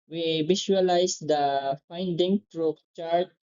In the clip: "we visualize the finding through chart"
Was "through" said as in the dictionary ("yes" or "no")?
no